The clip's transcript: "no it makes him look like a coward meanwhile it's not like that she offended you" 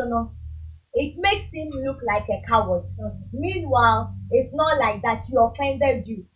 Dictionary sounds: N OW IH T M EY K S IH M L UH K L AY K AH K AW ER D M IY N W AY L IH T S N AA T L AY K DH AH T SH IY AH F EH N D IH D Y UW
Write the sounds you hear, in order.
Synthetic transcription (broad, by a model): N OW IH T M EY K S IH M L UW K L AY K AH K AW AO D M IY N W AY L IH T S N AA T L AY K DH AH T SH IY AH F EH N D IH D Y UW